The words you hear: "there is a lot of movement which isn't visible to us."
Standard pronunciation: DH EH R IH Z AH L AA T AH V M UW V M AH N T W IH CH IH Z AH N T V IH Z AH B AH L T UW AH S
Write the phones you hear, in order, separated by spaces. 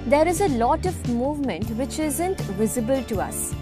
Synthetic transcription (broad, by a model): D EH R IH Z AH L AA T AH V M UW V M AH N T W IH CH IH Z AH N T V IH Z AH B AH L T UW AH S